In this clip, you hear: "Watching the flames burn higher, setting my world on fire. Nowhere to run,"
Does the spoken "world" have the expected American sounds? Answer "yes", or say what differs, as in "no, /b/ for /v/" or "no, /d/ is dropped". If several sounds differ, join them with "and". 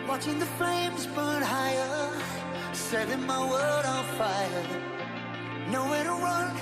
no, /l/ is dropped